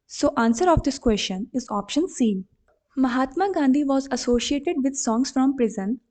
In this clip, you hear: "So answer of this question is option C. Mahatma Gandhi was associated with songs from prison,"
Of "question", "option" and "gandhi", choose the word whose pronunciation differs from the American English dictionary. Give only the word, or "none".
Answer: none